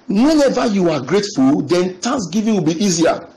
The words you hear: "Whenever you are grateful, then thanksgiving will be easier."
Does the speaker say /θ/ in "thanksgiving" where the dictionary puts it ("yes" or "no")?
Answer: no